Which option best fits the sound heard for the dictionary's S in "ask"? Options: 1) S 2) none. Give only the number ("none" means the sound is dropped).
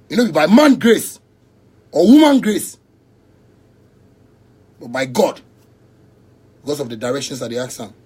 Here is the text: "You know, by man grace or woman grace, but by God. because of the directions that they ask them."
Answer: 2